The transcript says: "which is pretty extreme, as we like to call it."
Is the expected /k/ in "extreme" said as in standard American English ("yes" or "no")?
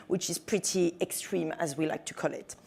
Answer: yes